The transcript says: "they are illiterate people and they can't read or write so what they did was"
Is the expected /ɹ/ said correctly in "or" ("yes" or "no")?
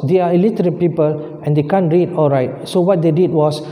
no